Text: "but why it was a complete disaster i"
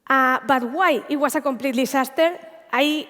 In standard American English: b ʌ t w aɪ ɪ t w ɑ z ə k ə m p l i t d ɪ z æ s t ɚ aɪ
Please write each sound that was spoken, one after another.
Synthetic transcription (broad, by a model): b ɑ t w aɪ ɪ t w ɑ s ə k ə m p l i t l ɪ s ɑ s t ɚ aɪ